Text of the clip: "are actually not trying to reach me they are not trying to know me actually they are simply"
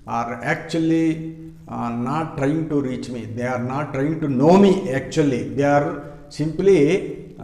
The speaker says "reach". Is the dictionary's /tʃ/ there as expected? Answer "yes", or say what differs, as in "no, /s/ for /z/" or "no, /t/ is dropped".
yes